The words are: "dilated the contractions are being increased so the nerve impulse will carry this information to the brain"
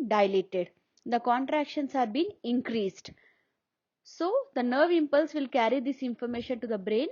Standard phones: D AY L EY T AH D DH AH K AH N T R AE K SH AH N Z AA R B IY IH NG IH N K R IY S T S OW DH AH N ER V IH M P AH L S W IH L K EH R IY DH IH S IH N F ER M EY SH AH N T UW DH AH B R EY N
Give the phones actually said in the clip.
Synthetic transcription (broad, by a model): D AY L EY T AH D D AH K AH N T R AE K SH AH N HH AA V B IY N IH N K R IY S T S OW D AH N ER V IH M P AH L S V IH L K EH R IY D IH S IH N F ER M EY SH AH N T UW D AH B R EY N